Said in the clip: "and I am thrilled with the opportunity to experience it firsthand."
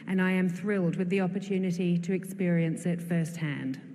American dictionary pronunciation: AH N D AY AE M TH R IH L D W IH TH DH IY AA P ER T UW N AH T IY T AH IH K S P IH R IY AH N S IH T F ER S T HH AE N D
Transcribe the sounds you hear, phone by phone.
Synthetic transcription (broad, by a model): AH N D AY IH M TH R IH L D W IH DH IY AA P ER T UW N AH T IY T AH IH K S P IH R IY AH N S IH T F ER S T HH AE N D